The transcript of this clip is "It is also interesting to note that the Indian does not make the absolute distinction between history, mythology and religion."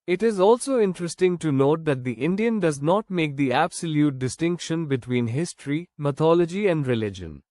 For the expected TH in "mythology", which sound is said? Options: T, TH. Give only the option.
T